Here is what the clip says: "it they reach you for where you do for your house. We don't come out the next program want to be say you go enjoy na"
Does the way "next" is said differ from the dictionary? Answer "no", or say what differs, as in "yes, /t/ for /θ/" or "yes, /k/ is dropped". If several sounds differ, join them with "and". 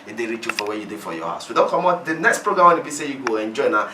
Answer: no